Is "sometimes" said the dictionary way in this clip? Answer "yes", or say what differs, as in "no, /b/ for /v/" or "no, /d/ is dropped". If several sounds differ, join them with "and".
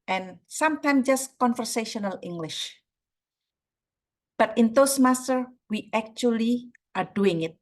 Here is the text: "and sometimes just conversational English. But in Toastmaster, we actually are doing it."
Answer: no, /z/ is dropped